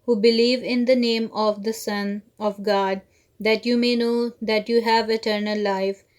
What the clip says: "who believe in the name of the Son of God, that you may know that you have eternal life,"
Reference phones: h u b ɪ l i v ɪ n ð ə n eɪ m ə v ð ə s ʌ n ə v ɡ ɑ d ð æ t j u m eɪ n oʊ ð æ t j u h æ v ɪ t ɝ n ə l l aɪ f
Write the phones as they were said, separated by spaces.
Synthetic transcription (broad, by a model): h u b ɪ l i v ɪ n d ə n eɪ m ə v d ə s ʌ n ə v ɡ ɑ d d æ t j u m eɪ n oʊ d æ t j u h æ v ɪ t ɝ n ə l l aɪ f